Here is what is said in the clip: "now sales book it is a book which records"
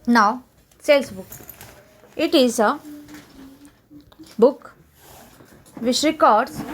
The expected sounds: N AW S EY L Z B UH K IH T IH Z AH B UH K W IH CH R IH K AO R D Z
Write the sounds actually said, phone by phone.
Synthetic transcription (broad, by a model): N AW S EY L S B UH K IH T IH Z AH B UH K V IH SH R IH K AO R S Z